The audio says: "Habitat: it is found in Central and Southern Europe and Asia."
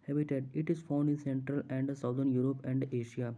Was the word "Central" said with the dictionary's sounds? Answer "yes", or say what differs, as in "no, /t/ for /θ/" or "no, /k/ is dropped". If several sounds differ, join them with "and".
yes